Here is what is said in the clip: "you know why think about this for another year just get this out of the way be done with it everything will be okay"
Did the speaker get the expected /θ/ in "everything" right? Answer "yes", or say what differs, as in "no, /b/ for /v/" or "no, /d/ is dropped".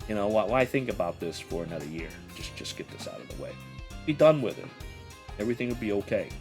yes